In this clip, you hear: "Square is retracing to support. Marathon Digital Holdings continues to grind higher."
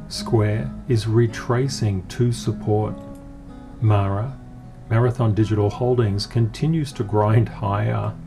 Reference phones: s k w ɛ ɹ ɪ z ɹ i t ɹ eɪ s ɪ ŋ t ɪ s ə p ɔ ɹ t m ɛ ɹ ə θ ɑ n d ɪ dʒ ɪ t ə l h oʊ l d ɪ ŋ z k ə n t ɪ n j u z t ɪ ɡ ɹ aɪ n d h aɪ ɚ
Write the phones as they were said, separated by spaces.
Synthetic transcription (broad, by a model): s k w ɛ ɹ ɪ z ɹ i t ɹ eɪ s ɪ ŋ t ɪ s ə p ɔ ɹ t m ɛ ɹ ə θ ɑ n d ɪ dʒ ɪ t l h oʊ l d ɪ ŋ z k ə n t ɪ n j u z t ɪ ɡ ɹ aɪ n d h aɪ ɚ